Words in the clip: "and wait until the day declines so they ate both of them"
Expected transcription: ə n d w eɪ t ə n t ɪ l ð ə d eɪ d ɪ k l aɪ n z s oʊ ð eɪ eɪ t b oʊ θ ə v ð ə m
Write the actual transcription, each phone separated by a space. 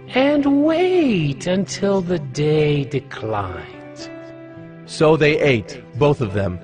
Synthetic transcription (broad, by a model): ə n w eɪ t ə n t ɪ l ð ə d eɪ d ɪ k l aɪ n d s oʊ ð eɪ eɪ t b oʊ θ ə v ð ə m